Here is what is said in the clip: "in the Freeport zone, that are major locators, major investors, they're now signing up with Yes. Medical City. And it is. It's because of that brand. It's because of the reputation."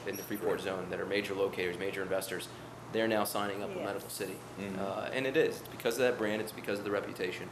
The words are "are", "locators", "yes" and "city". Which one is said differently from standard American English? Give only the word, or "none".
yes